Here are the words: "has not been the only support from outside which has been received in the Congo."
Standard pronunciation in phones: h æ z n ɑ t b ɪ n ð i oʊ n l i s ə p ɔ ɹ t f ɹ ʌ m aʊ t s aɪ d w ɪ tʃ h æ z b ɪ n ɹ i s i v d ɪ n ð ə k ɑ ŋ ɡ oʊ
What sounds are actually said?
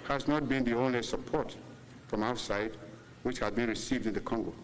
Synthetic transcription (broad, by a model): h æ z n ɑ t b ɪ n ð i oʊ n l i s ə p ɔ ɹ t f ɹ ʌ m aʊ t s aɪ d w ɪ tʃ h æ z b ɪ n ɹ i s i v d ɪ n ð ə k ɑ ŋ ɡ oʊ